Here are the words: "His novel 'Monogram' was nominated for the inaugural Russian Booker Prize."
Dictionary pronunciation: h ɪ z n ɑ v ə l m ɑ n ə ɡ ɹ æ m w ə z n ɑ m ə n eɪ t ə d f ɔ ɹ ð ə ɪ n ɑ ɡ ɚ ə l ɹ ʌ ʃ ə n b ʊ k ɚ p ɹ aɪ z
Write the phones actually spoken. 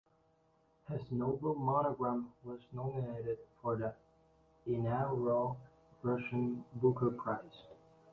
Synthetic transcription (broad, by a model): h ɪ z n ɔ ə l m ɑ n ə ɡ ɹ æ m w ə z n ɑ m ə n eɪ t ə d f ɔ ɹ ð ə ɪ n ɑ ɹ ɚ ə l ɹ ʌ ʃ ə n b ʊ k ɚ p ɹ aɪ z